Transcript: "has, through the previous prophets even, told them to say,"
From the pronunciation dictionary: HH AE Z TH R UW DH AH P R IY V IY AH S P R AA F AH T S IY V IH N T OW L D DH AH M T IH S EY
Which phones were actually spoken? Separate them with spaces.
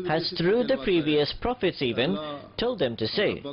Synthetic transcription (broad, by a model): HH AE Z TH R UW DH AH P R IY V IY AH S P R AA F AH T S IY V IH N T OW L D DH AH M T IH S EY